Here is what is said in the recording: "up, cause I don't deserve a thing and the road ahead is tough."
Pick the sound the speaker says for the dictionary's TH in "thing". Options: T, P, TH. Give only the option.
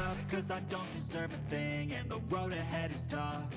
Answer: TH